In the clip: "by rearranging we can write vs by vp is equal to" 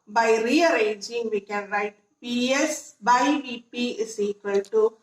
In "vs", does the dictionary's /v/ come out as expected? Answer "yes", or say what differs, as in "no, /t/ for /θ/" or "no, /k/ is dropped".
no, /p/ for /v/